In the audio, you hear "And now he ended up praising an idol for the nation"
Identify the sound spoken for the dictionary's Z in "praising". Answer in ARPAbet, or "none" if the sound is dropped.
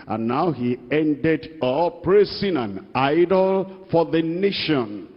S